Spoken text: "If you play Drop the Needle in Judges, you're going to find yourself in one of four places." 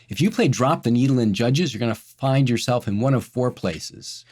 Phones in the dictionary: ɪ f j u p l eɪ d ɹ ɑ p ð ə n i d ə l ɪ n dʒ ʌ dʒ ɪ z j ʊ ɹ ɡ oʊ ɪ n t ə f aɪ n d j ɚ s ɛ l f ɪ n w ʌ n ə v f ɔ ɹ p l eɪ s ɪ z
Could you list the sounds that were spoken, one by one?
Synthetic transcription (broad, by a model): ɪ f j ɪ p l eɪ d ɹ ɑ p ð ə n i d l ɪ n dʒ ʌ dʒ ɪ z j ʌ ɹ ɡ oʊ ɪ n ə f aɪ n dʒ j ɚ s ɛ l f ɪ n w ʌ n ə v f ɔ ɹ p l eɪ s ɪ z